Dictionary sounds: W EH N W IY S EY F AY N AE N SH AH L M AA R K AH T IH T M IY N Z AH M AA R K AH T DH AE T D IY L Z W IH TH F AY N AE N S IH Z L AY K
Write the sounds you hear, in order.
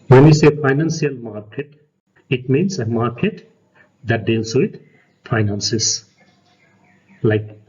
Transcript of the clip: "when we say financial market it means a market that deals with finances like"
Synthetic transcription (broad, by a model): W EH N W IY S EY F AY N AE N S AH L M AA R K AH T IH T M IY N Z AH M AA R K AH T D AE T D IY L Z W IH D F AY N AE N S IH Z L AY K